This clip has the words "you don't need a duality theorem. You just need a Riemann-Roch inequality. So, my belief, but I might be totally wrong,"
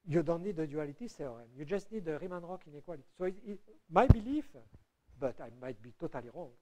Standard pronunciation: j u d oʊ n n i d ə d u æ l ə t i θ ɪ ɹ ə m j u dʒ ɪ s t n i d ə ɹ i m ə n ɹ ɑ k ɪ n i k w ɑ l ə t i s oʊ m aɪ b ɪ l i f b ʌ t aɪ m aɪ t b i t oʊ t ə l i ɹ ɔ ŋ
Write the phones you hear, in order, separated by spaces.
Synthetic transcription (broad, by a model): j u d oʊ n n i d ə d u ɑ l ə t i s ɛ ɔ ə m j u dʒ ɪ s t n i d ə ɹ i m ə n ɹ ɑ k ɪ n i k w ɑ l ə t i s oʊ m aɪ b ɪ l i f b ʌ t aɪ m aɪ t b i t oʊ t ə l i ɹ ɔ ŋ